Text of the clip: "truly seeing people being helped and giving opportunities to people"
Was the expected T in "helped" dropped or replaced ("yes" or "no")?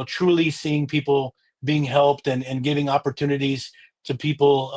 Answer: no